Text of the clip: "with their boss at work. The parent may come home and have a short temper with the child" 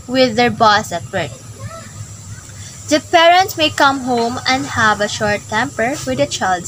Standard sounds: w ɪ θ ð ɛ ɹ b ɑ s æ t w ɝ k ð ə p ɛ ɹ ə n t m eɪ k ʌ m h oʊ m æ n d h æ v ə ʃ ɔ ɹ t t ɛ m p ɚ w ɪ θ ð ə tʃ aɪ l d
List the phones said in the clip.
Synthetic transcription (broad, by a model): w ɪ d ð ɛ ɹ b ɑ s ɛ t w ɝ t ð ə p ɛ ɹ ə n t m eɪ k ʌ m h oʊ m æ n d h æ v ə ʃ ɔ ɹ t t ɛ m p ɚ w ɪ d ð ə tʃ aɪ l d